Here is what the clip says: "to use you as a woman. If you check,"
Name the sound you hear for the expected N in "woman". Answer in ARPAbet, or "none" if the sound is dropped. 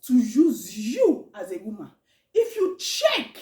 none